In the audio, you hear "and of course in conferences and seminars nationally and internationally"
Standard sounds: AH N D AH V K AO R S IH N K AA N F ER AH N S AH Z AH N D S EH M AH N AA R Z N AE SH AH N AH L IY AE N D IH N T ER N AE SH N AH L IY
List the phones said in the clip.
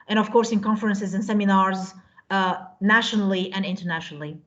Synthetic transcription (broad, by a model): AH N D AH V K AO R S IH N K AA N F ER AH N S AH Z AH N S EH M AH N AA R Z N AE SH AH N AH L IY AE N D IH N T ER N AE SH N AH L IY